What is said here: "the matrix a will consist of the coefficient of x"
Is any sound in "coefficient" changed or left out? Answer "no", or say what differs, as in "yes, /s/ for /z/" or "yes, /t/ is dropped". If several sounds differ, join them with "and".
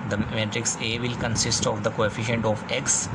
no